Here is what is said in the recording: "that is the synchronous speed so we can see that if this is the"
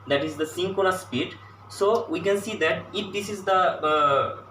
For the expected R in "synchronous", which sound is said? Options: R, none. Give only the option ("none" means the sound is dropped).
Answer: none